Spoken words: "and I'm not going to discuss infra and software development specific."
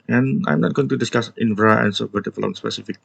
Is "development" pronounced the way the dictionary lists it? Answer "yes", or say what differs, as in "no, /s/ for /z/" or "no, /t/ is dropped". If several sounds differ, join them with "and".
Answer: no, /f/ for /v/